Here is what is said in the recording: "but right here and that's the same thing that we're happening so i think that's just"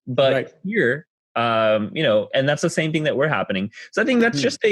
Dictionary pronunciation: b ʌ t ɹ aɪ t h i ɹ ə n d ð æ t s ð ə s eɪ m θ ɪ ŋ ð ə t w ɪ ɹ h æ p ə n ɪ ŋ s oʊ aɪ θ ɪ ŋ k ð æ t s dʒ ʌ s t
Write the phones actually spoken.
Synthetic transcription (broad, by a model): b ʌ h ɹ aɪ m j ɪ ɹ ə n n ð æ t s ð ə s eɪ m θ ɪ ŋ ð ə t w ɪ ɹ h æ p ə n ɪ ŋ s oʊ aɪ θ ɪ ŋ k ð æ t s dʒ ʌ s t